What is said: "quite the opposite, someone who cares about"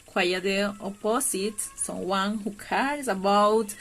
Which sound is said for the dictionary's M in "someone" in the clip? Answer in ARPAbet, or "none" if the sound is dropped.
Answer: none